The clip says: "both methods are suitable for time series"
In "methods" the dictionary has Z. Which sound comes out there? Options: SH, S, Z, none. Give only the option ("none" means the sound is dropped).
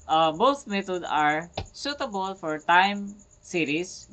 none